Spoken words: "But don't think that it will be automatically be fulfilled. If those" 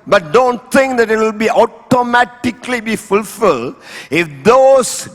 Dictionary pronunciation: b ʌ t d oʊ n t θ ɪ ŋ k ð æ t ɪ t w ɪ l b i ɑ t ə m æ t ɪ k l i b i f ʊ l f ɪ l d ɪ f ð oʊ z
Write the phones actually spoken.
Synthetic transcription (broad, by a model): b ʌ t d oʊ n t t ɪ ŋ k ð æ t ɪ t w ɪ l b i ɑ t ə m æ t ɪ k l i b i f ʊ l f ɪ l d ɪ f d oʊ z